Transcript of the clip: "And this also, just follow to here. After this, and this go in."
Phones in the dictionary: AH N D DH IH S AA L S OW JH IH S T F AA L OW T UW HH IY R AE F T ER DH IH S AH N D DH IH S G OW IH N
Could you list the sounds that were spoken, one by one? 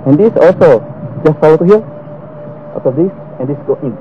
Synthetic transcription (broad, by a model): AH N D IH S AA L S OW JH IH S T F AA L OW T UW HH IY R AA T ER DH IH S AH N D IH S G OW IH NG